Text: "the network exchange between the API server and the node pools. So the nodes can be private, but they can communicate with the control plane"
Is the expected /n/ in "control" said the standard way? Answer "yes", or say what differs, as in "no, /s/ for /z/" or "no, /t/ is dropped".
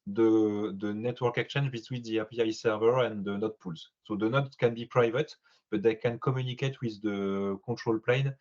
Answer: no, /n/ is dropped